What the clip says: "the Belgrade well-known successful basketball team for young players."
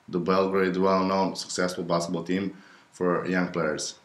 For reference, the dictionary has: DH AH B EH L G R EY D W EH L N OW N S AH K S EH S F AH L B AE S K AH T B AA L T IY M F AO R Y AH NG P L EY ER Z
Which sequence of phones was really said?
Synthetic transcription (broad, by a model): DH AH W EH L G R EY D W EH L N OW N S AH K S EH S F AH L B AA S AH B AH L T IY M F AO R Y AH NG P L EY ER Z